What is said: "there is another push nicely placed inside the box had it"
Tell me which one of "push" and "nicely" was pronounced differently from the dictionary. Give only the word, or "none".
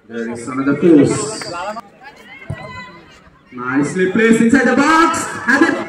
push